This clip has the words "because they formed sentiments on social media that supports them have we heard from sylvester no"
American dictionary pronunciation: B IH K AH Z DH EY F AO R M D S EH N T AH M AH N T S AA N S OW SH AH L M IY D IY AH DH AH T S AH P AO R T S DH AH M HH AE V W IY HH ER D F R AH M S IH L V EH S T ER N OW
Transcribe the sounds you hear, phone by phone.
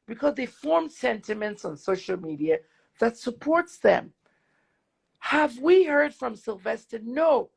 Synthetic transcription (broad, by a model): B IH K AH Z DH EY F AO R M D S EH N T AH M AH N T S N S OW SH L M IY D IY AH DH AH T S AH P AO R T S DH AH M HH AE V W IY HH ER D F R AH M S IH L V EH S T ER N OW